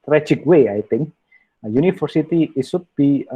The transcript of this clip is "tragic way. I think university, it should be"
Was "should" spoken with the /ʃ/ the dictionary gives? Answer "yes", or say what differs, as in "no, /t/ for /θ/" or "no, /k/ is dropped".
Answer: no, /s/ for /ʃ/